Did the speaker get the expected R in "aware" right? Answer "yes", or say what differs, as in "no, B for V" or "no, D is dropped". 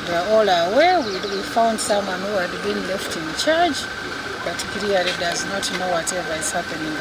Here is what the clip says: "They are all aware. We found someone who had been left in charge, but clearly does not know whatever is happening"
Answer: no, W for R